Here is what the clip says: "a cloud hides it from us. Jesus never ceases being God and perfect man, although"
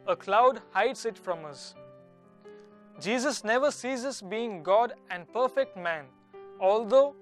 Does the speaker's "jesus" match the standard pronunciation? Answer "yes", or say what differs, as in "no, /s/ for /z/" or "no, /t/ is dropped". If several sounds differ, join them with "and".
yes